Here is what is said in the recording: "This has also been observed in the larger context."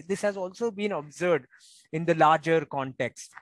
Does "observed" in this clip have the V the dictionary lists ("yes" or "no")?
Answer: no